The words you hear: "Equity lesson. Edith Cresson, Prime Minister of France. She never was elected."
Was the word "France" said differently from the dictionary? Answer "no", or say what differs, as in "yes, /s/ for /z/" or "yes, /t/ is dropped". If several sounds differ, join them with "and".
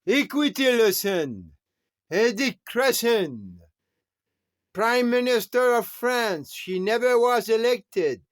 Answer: no